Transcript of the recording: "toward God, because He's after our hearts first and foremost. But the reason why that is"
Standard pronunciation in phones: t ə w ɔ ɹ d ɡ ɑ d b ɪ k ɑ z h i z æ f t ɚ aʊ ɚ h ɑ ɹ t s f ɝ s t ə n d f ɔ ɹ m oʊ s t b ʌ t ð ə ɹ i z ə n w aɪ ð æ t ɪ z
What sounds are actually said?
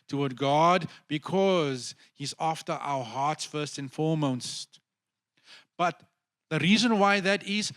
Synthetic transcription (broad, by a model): t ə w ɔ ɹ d ɡ ɑ d b ɪ k ɑ z h i z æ f t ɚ aʊ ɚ h ɑ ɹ t s f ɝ s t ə n f ɔ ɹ m oʊ s t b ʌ t ð ə ɹ i z ə n w aɪ ð æ t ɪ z